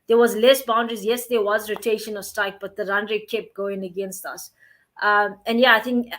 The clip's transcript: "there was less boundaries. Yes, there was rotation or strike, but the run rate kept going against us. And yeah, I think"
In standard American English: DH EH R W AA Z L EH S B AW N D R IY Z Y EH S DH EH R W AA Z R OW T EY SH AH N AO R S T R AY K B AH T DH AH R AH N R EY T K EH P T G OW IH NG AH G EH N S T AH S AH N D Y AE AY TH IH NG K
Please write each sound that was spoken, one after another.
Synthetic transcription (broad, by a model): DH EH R W AA Z L EH S B AW N D R IY Z Y EH S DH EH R W AA Z R OW T EY SH AH N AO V S T AY K B AH T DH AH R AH N R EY K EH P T G OW IH NG AH G EH N S T AH S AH N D Y AE AY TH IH NG K